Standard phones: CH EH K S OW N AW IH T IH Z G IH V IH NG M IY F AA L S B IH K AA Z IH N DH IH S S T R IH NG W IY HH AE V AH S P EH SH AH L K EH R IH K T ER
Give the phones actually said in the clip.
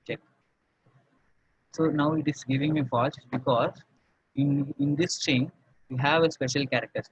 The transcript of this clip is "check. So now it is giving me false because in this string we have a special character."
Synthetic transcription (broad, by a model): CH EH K S OW N AW IH T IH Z G IH V IH NG M IY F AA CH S B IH K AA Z IH N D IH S S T IH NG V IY HH AE V AH S P EH SH AH L K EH R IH K T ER